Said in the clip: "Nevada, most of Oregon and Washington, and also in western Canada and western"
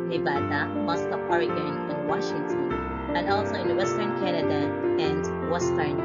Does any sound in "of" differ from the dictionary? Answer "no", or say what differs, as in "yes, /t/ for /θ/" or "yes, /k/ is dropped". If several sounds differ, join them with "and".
yes, /p/ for /v/